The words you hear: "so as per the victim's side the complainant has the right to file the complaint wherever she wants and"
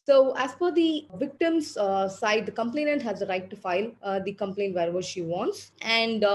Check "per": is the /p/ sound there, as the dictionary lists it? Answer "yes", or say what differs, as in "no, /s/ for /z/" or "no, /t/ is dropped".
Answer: no, /f/ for /p/